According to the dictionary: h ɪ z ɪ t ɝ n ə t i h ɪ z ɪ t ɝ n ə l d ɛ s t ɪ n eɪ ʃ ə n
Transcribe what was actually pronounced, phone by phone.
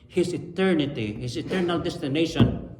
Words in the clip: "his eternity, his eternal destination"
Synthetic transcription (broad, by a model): h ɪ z ɪ t ɝ n ə t i h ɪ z ɪ t ɝ n ə l d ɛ s t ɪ n eɪ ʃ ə n